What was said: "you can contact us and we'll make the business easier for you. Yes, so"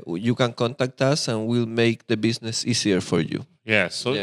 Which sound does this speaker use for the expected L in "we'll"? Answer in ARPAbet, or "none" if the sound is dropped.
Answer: L